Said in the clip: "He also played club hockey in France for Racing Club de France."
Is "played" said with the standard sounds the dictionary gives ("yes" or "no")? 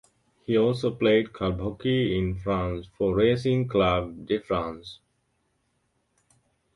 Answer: yes